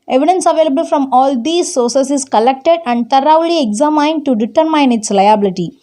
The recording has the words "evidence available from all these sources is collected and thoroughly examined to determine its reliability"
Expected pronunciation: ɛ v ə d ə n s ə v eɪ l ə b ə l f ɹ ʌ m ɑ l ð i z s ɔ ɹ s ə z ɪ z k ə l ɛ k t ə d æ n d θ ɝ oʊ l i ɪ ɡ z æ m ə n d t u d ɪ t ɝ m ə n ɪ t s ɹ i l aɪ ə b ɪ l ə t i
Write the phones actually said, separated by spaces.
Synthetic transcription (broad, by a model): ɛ v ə d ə n s ə v eɪ l ə b ə l f ɹ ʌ m ɑ l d i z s ɔ ɹ s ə s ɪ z k ə l ɛ k t ə d æ n d t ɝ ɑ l i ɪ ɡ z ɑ m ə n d t u d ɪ t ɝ m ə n ɪ t s l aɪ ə b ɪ l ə t i